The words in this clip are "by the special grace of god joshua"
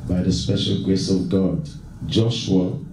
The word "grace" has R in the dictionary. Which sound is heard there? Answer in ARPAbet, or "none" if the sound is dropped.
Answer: R